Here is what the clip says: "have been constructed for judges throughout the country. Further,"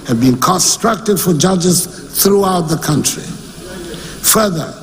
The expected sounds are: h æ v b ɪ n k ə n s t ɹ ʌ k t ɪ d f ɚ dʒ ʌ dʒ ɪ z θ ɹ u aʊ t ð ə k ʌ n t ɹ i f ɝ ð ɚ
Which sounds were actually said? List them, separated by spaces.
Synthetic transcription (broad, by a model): h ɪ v b ɪ n k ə n s t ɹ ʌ k t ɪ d f ɚ dʒ ʌ dʒ ɪ z θ ɹ u aʊ t ð ə k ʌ n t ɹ i f ɝ ð ɚ